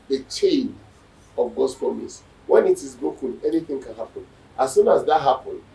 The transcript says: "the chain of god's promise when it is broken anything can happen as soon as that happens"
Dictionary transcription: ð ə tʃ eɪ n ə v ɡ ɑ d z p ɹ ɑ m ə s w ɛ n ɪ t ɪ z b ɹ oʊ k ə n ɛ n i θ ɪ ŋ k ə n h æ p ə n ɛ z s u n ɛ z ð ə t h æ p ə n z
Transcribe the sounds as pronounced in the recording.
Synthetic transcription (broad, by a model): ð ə tʃ eɪ n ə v ɡ ɑ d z p ɹ ɑ m ə s w ɛ n ɪ t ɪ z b oʊ k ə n ɛ n i θ ɪ ŋ k ə n h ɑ p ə n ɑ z s u n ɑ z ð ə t h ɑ p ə n